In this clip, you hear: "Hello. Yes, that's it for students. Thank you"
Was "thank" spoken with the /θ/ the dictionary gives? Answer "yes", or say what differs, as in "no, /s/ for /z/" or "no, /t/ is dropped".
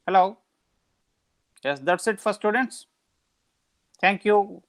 no, /t/ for /θ/